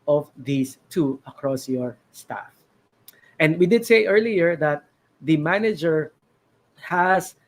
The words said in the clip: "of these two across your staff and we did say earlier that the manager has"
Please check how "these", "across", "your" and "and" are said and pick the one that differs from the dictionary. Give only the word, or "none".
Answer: these